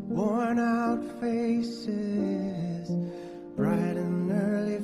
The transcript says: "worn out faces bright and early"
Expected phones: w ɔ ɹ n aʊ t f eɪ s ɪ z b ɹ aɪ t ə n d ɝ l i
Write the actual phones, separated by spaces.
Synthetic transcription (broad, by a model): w ɔ ɹ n aʊ t f eɪ s ɪ z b ɹ aɪ t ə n ɝ l i